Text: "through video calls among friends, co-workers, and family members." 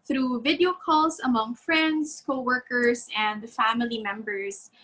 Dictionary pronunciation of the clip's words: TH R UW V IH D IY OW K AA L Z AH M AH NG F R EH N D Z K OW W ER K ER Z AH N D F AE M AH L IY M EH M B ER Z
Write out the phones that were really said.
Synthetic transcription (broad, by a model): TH R UW V IH D IY OW K AA L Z AH M AH NG F R EH N D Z K OW W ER K ER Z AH N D F AE M AH L IY M EH M B ER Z